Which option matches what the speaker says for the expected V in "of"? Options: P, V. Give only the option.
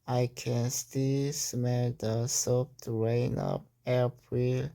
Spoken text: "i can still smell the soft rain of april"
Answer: P